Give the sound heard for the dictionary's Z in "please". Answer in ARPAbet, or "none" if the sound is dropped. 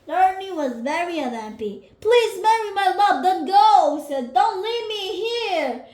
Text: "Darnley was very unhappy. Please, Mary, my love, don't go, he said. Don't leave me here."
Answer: Z